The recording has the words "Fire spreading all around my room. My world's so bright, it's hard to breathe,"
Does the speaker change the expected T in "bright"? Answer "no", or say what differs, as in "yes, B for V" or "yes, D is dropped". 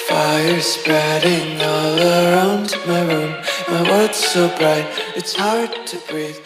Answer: no